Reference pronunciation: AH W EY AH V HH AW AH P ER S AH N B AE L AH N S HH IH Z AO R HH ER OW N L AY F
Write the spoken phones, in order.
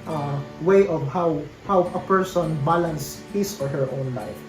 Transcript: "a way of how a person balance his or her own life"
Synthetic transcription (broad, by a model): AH W EY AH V HH AW AH P ER S AH N B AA L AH N S HH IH S AO R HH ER OW N L AY F